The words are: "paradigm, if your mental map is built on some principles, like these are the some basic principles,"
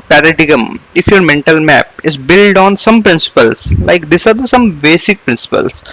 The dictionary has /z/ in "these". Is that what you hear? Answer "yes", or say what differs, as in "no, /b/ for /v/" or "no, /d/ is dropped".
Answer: no, /s/ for /z/